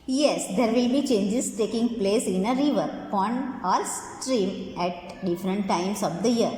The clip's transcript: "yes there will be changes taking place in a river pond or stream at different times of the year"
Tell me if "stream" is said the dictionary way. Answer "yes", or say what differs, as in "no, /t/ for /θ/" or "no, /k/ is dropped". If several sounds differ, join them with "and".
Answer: yes